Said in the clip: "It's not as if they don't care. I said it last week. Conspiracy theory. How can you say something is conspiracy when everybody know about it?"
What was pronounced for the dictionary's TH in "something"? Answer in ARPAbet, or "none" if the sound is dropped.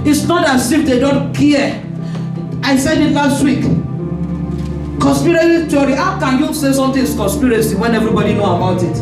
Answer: T